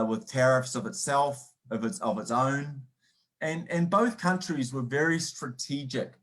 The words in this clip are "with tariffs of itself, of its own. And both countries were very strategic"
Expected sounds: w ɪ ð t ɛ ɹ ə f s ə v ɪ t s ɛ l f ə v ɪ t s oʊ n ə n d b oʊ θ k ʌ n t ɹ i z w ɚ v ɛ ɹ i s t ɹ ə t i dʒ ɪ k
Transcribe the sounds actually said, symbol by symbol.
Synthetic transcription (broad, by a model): w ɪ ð t ɛ ɹ ə f s ə v ɪ t s ɛ l f ə v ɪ t s oʊ n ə n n b oʊ θ k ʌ n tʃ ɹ i z w ɚ v ɛ ɹ i s t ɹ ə t i dʒ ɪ k